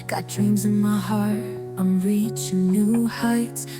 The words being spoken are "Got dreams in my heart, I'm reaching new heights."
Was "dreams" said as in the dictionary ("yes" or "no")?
yes